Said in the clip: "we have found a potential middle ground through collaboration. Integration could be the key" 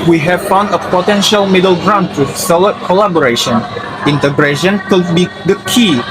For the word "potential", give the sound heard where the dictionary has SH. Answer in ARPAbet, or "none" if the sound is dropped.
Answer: SH